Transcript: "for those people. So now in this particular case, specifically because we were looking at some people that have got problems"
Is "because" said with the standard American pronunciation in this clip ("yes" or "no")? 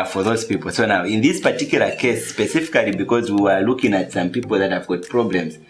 yes